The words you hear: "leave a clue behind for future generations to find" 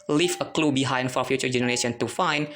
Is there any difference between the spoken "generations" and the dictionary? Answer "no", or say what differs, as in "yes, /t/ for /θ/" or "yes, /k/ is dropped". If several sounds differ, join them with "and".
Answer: yes, /z/ is dropped